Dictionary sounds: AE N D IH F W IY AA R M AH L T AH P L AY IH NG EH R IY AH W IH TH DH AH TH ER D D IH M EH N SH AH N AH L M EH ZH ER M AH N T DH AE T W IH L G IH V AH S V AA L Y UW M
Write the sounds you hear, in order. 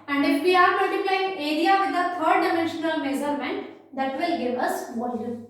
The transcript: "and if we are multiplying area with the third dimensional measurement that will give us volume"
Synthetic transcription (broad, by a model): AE N D IH F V IY AA R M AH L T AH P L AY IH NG EH R IY AH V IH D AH T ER D D IH M EH N SH AH N AH L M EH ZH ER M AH N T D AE T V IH L G IH V AH S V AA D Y